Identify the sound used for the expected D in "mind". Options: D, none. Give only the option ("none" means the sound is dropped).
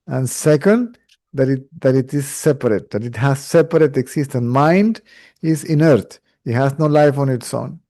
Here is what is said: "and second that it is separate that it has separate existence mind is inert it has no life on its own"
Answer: D